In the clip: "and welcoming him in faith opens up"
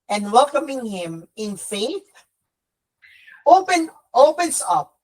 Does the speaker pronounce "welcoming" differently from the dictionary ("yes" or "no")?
no